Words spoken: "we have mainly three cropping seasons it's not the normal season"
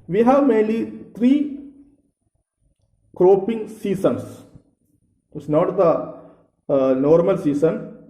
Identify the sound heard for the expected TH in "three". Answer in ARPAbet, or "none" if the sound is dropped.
T